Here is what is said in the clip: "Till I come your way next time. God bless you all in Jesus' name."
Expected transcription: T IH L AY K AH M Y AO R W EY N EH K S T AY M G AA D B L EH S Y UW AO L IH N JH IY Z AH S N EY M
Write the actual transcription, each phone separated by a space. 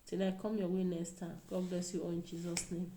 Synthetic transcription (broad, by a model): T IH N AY K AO M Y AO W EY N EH S T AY G AA D B L EH S Y UW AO IH N JH IY Z AH S N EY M